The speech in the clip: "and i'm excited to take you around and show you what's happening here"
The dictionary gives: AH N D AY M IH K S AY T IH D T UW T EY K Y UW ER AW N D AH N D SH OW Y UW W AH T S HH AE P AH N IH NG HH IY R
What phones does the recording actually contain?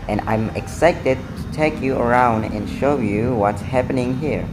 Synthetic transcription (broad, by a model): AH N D AY M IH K S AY T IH D T UW T EY K Y UW ER AW N D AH N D SH OW Y UW W AH T S HH AE P AH N IH NG HH IY R